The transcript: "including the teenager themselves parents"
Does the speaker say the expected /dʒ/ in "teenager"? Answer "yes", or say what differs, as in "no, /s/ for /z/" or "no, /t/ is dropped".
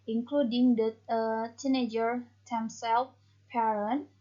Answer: yes